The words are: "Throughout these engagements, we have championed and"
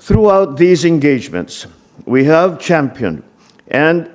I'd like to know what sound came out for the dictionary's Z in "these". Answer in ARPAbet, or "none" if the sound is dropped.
Z